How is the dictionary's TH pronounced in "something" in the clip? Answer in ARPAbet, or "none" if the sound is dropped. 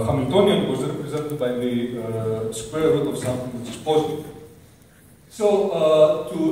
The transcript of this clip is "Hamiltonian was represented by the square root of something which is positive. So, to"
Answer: T